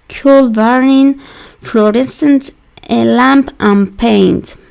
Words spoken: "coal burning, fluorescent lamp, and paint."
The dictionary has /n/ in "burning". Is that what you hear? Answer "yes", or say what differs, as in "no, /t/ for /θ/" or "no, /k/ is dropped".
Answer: no, /n/ is dropped